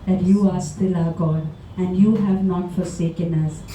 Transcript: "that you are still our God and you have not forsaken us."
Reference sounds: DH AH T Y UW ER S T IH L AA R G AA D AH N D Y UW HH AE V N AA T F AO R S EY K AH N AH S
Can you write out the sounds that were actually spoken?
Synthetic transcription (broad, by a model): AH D Y UW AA S T IH L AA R G AA D AH N D Y UW HH AE V N AA T F AO R S EY K AH N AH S